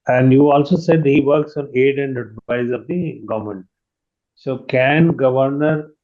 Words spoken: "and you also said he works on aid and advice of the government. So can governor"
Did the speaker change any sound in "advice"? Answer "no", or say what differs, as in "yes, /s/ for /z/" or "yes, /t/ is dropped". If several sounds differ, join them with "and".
yes, /v/ is dropped